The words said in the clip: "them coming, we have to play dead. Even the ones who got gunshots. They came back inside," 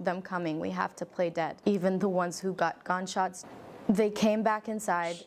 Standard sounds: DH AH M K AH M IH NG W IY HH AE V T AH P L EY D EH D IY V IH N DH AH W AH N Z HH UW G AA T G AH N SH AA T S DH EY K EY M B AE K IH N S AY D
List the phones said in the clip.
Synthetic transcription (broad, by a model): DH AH M K AH M IH NG W IY HH AE F T AH P L EY D EH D IY V IH N DH AH W AH N Z HH UW G AA T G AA N SH AA T S DH EY K EY M B AE K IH N S AY D